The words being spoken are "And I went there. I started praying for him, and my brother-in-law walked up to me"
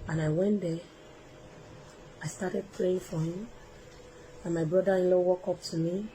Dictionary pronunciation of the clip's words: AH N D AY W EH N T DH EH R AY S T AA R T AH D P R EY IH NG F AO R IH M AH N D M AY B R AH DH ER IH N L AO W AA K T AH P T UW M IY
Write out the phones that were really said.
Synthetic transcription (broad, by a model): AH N AY W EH N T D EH AY S T AA T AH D P R EY IH NG F AO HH IH M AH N M AY B R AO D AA IH N L AO W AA K AO P T UW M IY